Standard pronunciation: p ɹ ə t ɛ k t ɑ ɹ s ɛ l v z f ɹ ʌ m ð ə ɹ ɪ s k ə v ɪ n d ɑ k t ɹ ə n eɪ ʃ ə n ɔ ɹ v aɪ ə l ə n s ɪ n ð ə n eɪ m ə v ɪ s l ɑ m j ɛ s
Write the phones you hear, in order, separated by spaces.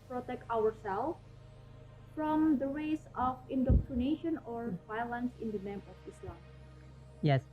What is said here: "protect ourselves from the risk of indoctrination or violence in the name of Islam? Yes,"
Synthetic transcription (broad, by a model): p ɹ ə t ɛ k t ɑ ɹ s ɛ l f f ɹ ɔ m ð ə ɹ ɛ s ə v ɪ n d ɑ k t ɹ ə n eɪ ʃ ə n ɔ ɹ v aɪ ə l ə n s ɪ n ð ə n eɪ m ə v ɪ s l ɑ m j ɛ s